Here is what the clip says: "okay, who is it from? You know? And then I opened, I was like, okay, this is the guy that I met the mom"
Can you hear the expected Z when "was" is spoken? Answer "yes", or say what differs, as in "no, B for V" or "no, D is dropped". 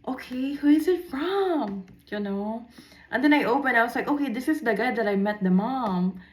no, S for Z